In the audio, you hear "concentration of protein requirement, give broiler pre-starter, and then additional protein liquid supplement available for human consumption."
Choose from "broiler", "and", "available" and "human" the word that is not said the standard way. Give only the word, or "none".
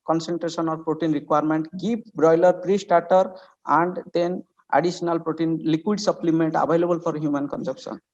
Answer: available